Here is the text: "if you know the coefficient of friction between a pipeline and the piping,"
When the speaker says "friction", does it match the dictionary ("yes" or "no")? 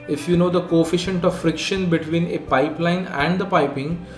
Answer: yes